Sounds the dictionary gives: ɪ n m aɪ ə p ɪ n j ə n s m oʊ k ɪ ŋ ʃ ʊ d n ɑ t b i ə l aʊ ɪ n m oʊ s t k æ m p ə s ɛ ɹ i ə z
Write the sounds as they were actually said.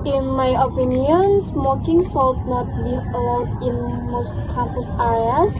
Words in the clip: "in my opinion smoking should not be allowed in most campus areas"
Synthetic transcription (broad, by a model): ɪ n m aɪ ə p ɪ n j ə n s m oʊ k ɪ ŋ s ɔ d n ɑ t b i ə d ɪ n m oʊ s t k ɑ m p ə s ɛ ɹ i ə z